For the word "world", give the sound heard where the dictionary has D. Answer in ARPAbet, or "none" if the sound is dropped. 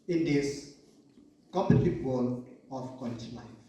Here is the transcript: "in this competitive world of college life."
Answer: none